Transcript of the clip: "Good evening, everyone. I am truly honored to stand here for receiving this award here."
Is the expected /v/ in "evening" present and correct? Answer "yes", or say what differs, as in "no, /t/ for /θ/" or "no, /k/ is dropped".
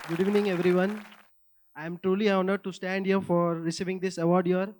yes